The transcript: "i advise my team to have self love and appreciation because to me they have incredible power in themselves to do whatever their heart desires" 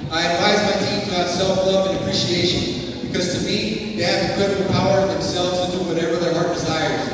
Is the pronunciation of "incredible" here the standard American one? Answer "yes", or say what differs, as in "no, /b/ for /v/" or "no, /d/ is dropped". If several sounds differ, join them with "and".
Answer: no, /n/ is dropped